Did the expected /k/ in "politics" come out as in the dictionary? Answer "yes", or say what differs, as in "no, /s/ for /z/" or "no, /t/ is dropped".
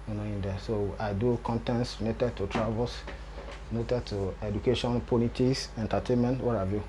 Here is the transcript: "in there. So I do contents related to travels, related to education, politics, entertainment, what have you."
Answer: no, /k/ is dropped